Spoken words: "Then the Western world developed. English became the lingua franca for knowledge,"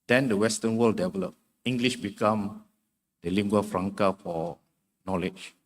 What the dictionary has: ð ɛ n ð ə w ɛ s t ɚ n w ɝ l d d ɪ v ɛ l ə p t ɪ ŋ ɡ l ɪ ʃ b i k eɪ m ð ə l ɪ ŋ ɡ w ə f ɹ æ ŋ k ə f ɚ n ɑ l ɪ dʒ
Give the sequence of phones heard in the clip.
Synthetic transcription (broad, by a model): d ɛ n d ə w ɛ s t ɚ n w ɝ l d d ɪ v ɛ l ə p ɪ ŋ ɡ l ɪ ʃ b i k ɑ m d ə l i ŋ ɡ w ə f ɹ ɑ ŋ k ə f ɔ n ɑ l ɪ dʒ